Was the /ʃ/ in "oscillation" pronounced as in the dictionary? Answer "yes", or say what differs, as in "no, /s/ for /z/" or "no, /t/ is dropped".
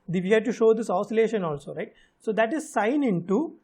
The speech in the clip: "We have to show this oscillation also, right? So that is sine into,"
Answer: yes